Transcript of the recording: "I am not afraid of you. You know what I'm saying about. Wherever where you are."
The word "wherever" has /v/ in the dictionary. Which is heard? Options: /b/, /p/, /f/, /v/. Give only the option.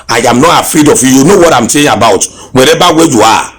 /b/